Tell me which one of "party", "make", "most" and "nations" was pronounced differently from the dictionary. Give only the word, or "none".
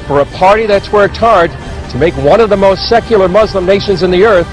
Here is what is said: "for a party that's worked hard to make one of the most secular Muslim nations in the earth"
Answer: none